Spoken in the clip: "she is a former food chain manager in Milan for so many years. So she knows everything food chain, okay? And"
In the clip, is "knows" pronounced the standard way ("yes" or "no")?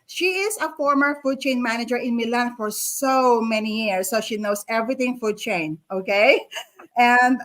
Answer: no